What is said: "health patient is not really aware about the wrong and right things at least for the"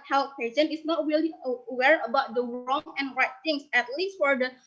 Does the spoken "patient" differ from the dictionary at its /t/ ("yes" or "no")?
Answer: yes